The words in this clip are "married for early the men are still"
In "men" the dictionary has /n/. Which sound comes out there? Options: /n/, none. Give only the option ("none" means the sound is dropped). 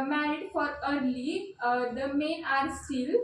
none